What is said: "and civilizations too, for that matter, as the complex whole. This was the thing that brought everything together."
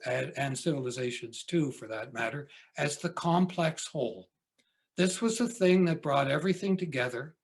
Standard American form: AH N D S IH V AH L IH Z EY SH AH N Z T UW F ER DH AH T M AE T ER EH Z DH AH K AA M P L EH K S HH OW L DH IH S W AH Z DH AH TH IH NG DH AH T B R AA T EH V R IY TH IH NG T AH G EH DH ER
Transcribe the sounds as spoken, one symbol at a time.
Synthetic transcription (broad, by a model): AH N S IH V L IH Z EY SH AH N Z T UW F ER DH AH T M AE T ER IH Z DH AH K AA M P L EH K S HH OW L DH IH S W AH Z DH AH TH IH NG DH AH T B R AA T EH V R IY TH IH NG T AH G EH DH ER